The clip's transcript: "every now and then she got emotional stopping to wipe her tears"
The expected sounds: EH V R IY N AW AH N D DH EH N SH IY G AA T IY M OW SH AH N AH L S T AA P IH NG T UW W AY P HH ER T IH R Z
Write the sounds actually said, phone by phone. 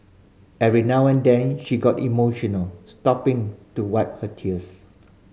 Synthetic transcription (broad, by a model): EH R IY N AW AH N D EH N SH IY G AA T IY M OW SH AH N AH L S T AA P IH NG T UW W AY P HH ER T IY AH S